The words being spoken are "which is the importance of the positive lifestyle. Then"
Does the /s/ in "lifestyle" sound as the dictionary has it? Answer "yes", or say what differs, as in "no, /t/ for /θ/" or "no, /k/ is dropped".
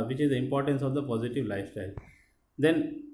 yes